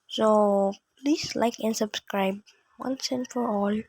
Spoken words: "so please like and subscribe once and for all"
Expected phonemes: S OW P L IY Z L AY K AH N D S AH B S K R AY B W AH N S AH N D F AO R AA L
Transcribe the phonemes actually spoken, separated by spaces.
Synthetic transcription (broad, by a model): S OW P L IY S L AY K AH N S AH B S K R AY B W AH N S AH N F AO R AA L